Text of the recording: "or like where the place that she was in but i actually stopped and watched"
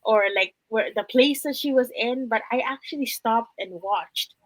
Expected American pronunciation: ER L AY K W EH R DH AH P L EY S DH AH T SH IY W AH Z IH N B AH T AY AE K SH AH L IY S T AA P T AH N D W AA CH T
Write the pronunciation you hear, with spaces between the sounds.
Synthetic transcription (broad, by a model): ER L AY K W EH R DH AH P L EY S DH AH T SH IY W AH Z IH N B AH T AY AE K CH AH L IY S T AA P T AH N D W AA CH T